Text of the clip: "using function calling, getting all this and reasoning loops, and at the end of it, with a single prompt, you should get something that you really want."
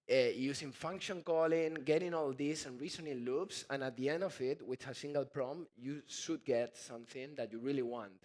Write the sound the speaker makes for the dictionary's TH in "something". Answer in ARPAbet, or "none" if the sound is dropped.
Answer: TH